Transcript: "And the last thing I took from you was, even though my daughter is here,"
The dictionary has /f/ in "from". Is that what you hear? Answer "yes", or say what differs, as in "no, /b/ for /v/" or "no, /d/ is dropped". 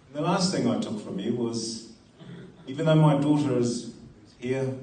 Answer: yes